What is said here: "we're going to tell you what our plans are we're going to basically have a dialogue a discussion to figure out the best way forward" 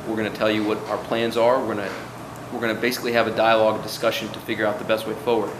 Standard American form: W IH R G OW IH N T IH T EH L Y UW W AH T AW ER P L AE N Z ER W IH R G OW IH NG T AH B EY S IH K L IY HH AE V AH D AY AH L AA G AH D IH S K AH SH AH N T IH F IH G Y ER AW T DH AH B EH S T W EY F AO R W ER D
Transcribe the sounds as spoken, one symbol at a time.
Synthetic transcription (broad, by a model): W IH R G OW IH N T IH T EH L Y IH W AH T AW ER P L AE N Z ER W IH R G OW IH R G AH B EY S IH K L IY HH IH V AH D AY AH L AA G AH D IH S K AH SH AH N T IH F IH G Y ER AW T DH AH B EH S T W EY F AO R W ER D